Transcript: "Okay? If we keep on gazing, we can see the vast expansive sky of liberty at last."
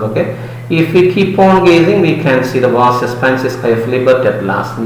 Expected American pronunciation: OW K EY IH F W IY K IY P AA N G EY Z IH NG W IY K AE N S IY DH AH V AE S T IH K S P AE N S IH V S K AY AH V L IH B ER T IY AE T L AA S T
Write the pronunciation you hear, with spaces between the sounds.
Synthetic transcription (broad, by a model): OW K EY IH F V IY K IY P AA N G EY Z IH NG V IY K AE N S IY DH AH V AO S IH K S P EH N S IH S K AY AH F L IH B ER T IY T L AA S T